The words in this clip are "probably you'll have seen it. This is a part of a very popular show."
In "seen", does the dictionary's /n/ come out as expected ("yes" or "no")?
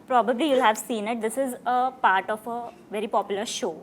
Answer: yes